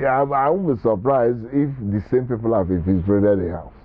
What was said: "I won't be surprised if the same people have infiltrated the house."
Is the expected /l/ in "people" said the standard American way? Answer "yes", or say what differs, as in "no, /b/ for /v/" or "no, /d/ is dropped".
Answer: yes